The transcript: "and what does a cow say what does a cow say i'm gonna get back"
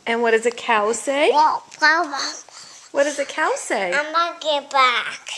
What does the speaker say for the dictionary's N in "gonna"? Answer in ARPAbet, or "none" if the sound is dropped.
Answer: none